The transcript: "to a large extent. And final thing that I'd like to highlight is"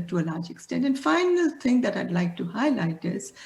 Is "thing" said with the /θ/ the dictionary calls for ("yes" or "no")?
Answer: no